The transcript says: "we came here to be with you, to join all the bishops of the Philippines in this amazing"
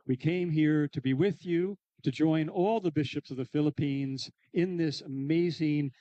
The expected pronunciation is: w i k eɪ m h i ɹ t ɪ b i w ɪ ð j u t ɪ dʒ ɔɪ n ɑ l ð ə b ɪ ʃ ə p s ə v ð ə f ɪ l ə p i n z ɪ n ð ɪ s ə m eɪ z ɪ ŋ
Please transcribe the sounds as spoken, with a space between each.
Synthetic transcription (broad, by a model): w i k eɪ m h i ɹ t ɪ b i w ɪ ð j u t ɪ dʒ ɔɪ n ɑ l ð ə b ɪ ʃ ə p s ə v ð ə f ɪ l ə p i n z ɪ n ð ɪ s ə m eɪ z ɪ ŋ